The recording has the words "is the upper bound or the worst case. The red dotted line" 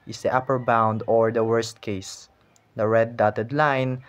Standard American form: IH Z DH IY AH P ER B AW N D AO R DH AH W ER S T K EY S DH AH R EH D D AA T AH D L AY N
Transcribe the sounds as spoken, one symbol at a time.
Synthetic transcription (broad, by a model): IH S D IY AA P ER B AW N D AO R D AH W ER S T K EY S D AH R EH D D AA T AH D L AY N